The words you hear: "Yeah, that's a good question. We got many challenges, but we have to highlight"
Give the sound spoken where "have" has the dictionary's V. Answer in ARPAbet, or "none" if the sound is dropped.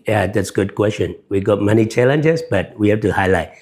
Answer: F